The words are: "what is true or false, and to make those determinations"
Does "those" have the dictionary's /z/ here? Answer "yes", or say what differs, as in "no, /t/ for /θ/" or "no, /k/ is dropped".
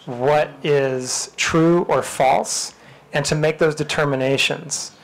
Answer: yes